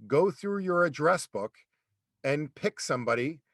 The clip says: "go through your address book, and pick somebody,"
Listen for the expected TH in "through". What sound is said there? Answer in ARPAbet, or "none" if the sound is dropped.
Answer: TH